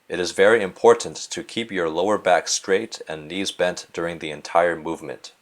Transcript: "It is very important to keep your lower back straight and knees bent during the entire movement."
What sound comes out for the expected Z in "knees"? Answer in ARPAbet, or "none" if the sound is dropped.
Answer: Z